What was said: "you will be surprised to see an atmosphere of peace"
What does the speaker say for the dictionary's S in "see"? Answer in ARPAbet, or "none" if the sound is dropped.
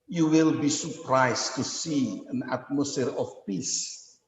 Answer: S